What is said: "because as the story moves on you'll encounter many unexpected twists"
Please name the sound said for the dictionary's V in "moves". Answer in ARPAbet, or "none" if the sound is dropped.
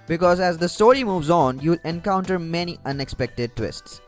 V